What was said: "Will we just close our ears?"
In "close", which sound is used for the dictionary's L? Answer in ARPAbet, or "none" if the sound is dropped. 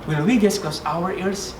none